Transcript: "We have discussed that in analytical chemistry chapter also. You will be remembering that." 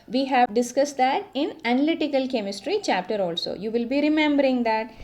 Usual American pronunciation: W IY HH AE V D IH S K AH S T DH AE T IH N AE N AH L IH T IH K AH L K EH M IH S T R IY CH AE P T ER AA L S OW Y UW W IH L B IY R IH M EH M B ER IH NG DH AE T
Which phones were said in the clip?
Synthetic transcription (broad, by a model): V IY HH AE V D IH S K AH S T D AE T IH N AE N AH L IH T IH K AH L K EH M IH S T R IY CH AE P T ER AA L S OW Y UW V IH L B IY R IH M EH M B ER IH NG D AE T